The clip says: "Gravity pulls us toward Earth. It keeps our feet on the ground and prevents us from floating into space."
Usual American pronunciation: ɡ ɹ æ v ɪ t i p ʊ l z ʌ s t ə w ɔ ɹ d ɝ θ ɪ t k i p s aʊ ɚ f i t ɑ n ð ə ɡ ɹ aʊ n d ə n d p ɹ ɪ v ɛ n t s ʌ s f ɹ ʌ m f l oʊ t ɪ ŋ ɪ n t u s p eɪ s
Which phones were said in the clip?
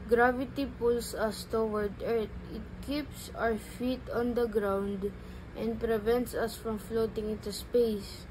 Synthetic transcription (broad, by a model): ɡ ɹ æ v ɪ t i p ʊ l s ʌ s t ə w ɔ ɹ d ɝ t ɪ t k i p s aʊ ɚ f i t ɑ n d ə ɡ ɹ aʊ n d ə n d p ɹ ɪ v ɛ n t s ʌ s f ɹ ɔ m f l oʊ t ɪ ŋ ɪ n t u s p eɪ s